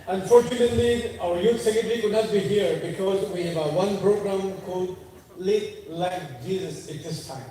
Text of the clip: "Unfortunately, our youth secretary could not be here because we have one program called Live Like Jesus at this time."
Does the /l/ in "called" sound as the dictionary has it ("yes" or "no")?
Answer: no